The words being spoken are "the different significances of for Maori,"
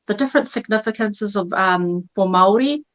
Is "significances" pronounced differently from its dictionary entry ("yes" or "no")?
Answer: no